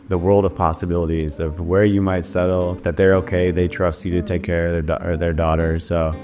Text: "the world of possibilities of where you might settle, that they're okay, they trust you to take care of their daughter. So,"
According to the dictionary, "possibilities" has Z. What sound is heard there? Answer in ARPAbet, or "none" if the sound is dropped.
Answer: Z